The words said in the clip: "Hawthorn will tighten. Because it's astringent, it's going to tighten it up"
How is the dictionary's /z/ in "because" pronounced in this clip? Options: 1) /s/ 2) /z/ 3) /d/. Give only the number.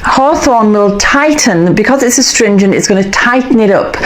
2